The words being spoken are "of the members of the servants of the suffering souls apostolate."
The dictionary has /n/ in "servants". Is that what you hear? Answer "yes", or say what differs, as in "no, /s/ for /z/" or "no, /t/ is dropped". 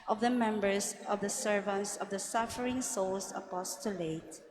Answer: yes